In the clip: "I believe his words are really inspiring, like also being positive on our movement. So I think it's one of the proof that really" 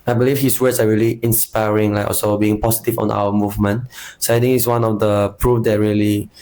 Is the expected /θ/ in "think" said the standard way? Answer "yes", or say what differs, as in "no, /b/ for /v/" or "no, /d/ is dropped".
no, /t/ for /θ/